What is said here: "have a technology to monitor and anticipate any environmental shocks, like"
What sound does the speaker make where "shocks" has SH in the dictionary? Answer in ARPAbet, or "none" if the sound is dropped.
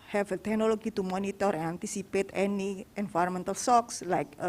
S